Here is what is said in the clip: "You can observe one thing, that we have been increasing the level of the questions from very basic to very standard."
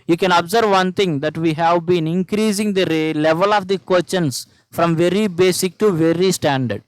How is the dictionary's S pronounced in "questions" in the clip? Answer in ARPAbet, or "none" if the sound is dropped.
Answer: none